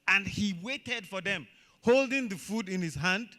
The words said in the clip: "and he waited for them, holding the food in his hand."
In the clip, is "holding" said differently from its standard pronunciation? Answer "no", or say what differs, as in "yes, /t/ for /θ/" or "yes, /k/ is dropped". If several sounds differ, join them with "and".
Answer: no